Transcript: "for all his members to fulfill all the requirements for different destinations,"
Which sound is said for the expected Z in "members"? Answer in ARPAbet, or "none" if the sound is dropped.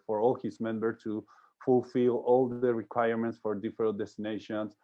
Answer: none